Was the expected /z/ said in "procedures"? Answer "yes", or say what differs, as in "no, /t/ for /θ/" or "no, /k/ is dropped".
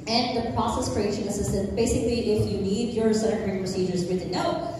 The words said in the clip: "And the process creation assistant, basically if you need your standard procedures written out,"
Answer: yes